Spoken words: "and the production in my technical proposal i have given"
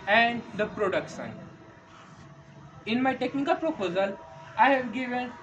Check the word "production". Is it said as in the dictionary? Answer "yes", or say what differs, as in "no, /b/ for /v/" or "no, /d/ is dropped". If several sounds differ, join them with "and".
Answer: no, /s/ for /ʃ/